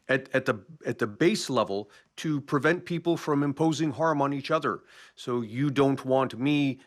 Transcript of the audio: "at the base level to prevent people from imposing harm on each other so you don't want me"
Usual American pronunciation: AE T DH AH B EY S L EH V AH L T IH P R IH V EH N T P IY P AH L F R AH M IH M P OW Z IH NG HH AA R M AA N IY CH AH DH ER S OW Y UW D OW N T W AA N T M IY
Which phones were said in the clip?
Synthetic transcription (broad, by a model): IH T DH AH B EY S L EH V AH L T IH P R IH V EH N P IY P L F R AH M IH M P OW Z IH NG HH AA R M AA N IY CH AH DH ER S OW Y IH D OW N T W AA N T M IY